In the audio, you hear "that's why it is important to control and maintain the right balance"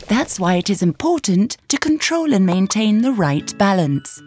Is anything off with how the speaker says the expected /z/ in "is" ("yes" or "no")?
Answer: no